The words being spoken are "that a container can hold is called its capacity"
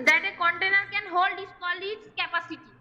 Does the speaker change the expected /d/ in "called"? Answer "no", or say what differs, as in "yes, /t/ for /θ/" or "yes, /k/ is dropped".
yes, /d/ is dropped